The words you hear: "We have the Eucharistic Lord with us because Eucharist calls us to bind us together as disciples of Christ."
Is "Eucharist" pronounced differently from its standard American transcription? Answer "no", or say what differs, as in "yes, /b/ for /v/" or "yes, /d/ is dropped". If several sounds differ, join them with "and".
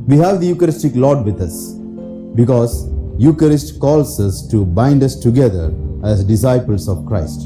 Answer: no